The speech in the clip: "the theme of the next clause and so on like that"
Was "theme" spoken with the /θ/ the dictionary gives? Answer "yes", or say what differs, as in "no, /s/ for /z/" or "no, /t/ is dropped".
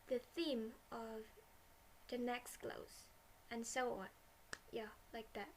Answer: yes